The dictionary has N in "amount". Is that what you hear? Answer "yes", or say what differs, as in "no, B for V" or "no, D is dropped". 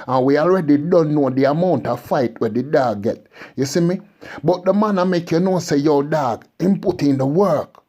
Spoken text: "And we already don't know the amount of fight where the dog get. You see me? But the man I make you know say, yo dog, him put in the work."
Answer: yes